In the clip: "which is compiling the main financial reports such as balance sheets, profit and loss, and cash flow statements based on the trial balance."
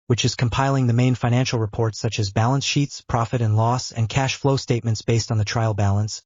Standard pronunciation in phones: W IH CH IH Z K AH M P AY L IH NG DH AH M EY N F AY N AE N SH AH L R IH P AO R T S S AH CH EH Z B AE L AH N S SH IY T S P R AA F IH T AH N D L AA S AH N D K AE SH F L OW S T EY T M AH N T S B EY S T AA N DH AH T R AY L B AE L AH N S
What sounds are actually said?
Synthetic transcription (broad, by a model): W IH CH IH Z K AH M P AY L IH NG DH AH M EY N F AY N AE N SH L R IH P AO R T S S AH CH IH Z B AE L AH N S SH IY T S P R AA F IH T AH N L AA S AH N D K AE SH F L OW S T EY T M AH N T S B EY S T N DH AH T R AY L B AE L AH N S